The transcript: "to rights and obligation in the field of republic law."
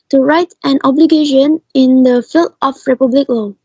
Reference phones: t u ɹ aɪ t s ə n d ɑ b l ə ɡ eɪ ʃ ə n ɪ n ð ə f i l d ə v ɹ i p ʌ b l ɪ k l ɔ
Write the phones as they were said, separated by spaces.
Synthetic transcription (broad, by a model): t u ɹ aɪ t ə n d ɑ b l ə ɡ eɪ ʃ ə n ɪ n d ə f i l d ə f ɹ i p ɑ b l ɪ k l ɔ